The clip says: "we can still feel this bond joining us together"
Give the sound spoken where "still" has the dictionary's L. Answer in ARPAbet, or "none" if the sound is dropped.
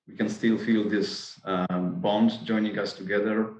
L